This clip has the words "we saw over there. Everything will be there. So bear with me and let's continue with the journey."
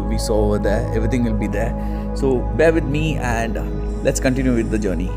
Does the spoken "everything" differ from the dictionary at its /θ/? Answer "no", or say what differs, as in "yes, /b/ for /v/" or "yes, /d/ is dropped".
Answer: yes, /t/ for /θ/